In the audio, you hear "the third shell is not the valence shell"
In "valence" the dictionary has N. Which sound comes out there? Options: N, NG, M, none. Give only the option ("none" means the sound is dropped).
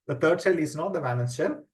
none